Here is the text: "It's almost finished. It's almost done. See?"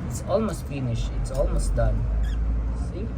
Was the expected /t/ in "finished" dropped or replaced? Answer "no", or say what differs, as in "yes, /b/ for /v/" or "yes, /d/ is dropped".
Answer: yes, /t/ is dropped